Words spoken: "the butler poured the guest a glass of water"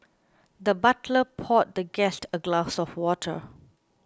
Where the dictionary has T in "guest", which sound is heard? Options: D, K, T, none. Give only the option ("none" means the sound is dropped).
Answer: T